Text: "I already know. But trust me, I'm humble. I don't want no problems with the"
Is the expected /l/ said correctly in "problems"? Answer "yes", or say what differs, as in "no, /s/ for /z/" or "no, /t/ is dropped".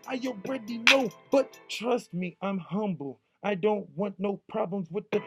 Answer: yes